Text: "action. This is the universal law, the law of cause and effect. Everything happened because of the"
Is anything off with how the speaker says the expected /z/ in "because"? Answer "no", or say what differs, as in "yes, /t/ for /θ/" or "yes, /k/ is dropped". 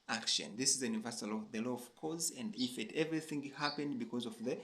no